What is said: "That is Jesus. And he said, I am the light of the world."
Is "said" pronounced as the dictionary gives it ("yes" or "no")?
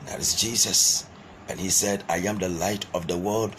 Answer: yes